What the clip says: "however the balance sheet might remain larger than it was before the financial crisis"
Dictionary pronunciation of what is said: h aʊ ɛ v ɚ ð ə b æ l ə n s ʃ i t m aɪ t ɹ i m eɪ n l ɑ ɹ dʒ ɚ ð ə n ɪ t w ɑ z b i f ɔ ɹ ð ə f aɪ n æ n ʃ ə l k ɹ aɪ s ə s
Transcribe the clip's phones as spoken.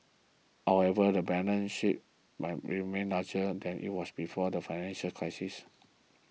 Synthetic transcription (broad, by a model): h aʊ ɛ v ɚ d ə b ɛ n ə n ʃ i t m aɪ t ɹ i m eɪ n l ɑ dʒ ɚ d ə n ɪ t w ɑ s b i f ɔ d ə f aɪ n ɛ n ʃ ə l k ɹ aɪ s ə s